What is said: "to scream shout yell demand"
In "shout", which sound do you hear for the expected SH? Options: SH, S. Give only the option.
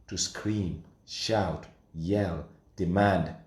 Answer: SH